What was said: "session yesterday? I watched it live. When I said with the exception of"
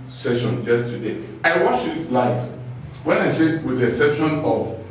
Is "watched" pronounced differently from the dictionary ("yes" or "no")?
yes